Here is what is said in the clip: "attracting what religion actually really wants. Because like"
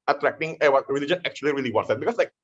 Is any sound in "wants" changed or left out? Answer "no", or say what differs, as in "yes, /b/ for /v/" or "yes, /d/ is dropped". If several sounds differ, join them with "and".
yes, /n/ is dropped